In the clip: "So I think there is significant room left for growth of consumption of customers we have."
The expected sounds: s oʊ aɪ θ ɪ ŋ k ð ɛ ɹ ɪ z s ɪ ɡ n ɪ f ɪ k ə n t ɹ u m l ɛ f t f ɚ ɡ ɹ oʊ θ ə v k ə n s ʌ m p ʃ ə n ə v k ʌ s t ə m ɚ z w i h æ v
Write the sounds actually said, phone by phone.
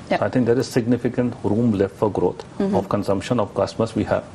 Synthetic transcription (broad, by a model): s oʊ aɪ t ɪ ŋ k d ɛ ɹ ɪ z s ɪ ɡ n ɪ f ɪ k ə n t ɹ u m l ɛ f t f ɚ ɡ ɹ oʊ t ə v k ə n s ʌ m p ʃ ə n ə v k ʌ s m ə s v i h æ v